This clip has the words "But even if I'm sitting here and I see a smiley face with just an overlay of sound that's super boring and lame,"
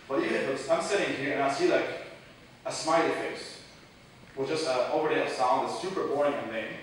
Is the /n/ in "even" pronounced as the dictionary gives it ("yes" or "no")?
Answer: no